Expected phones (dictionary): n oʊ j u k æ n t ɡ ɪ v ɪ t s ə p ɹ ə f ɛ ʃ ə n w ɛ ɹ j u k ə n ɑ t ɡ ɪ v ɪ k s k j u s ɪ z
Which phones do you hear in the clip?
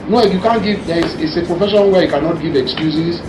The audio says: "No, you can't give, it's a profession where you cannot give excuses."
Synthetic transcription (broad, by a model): n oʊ j u k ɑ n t ɡ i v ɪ s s ə p ɹ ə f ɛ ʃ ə n w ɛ j u k ə n ɑ t ɡ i v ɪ k s k j u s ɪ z